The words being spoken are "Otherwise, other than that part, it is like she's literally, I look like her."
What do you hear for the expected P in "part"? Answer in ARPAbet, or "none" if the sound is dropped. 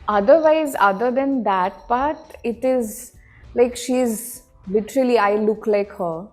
B